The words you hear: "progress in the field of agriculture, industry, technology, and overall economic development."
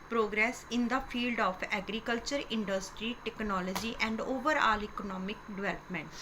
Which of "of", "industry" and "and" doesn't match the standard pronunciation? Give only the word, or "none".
of